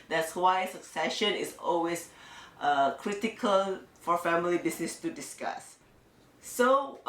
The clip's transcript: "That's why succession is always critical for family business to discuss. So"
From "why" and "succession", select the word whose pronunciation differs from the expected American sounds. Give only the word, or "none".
none